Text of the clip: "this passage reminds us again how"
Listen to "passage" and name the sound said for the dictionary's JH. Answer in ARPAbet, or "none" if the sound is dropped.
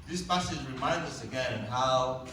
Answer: Z